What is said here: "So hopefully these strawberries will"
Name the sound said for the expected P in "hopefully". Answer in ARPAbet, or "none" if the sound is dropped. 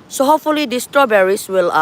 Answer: none